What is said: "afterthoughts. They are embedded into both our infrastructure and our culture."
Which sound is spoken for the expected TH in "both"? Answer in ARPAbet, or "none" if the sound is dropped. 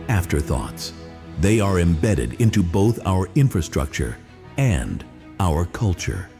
TH